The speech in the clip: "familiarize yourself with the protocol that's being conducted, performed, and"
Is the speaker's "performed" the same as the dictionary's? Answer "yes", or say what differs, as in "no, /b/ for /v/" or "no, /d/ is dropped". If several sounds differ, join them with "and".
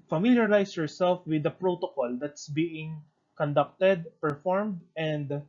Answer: yes